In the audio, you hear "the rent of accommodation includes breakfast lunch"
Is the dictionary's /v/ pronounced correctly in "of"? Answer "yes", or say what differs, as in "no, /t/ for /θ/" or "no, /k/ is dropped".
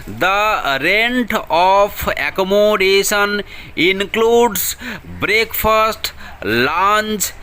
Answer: no, /p/ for /v/